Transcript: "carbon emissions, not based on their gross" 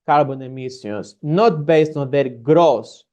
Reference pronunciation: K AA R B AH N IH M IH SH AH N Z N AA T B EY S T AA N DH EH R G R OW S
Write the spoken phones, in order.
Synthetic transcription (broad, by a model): K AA R B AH N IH M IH S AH N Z N AA T B EY S T AA N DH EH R G R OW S